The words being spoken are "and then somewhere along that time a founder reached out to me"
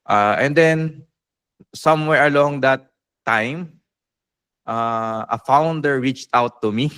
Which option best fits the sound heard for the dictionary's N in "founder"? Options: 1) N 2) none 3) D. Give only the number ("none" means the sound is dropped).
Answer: 1